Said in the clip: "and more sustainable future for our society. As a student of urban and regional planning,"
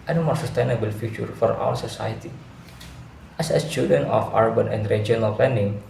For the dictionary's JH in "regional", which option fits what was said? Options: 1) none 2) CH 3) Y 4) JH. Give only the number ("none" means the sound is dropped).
1